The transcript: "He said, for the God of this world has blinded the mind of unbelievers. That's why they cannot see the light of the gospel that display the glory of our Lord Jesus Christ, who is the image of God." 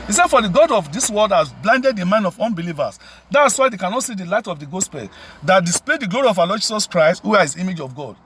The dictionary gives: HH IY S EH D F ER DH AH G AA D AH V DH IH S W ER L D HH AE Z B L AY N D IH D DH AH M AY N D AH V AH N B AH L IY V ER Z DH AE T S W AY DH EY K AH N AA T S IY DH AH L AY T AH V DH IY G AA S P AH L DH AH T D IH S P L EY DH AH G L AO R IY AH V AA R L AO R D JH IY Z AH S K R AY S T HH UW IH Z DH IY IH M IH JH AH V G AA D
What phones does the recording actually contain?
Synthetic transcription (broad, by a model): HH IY S EH D F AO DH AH G AA D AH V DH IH S W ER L D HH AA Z B L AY N D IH D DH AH M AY N AH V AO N B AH L IY V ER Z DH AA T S W AY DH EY K AH N AA T S IY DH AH L AY T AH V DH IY G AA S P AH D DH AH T D IH S P L EY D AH G L AO R IY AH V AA L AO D JH IY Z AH S K R AY S T HH UW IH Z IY M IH JH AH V G AA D